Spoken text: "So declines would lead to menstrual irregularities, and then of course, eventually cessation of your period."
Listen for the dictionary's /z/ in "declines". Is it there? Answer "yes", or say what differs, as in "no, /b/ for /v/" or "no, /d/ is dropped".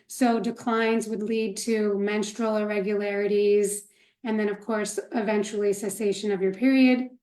yes